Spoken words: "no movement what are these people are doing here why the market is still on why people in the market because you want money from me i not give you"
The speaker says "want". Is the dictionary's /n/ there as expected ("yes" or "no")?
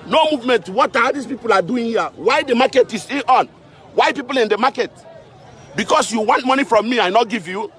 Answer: yes